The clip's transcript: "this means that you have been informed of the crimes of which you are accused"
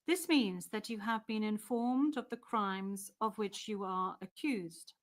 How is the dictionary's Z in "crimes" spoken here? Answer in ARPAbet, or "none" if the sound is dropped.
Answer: Z